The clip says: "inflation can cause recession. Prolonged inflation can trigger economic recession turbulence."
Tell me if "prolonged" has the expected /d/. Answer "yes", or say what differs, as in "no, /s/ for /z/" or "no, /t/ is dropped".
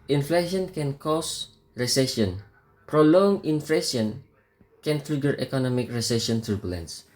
no, /d/ is dropped